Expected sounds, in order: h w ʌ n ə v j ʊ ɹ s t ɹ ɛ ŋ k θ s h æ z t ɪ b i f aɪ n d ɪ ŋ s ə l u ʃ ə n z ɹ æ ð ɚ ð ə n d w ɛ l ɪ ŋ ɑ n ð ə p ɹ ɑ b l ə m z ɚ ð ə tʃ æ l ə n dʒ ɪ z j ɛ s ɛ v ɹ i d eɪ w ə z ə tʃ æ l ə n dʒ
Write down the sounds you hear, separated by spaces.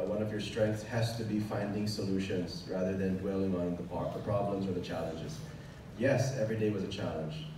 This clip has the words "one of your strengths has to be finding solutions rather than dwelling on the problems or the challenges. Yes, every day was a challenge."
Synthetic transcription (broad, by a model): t w ʌ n ə v j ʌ ɹ s t ɹ ɛ ŋ k θ s h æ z t ɪ b i f aɪ n d ɪ ŋ s ə l u ʃ ə n z ɹ æ ð ɚ ð ə n d w ɛ l ɪ ŋ ɑ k ð ə p ɹ ɑ b l ə m z ɚ ð ə tʃ æ l ə n dʒ ɪ z j ɛ s ɛ v ɹ i d eɪ w ə z ə tʃ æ l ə n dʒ